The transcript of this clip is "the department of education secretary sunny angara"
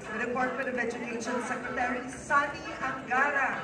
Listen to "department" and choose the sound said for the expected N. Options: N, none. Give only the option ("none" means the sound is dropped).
none